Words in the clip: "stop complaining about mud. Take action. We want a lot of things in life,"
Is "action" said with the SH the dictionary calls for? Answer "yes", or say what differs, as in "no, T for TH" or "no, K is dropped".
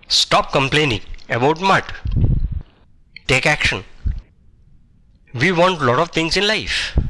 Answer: yes